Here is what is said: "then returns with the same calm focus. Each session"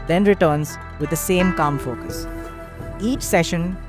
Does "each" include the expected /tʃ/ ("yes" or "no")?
yes